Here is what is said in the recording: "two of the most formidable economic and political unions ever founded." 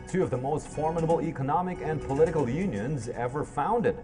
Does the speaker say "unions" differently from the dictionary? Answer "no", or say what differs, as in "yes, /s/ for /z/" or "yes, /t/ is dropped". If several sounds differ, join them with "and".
no